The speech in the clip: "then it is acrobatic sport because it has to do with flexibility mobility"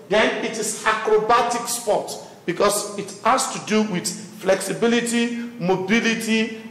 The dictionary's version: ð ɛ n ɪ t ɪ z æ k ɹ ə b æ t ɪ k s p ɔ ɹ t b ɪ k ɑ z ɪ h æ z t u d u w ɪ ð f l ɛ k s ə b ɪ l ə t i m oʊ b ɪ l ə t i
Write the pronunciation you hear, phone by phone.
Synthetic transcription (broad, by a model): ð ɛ n ɪ t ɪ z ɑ k ɹ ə b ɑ t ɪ k s p ɔ t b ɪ k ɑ s ɪ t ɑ s t u d u w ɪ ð f l ɛ k s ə b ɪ l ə t i m oʊ b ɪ l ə t i